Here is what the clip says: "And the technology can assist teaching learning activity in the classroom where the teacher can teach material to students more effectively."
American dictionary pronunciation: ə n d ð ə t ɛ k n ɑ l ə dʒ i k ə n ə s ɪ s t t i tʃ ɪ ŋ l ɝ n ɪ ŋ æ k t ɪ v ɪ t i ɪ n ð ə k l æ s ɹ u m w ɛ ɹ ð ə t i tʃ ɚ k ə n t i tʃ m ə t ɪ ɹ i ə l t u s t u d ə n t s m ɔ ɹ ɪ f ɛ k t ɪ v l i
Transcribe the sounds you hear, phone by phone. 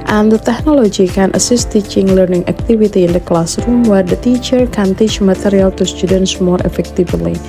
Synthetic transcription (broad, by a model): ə n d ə t ɛ k n ɑ l ə dʒ i k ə n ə s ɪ s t t i tʃ ɪ ŋ l ɝ n ɪ ŋ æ k t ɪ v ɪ t i ɪ n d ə k l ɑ s ɹ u m w ɛ ɹ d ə t i tʃ ɚ k ə n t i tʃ m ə t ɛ ɹ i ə l t u s t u d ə n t s m ɔ ɹ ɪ f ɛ k t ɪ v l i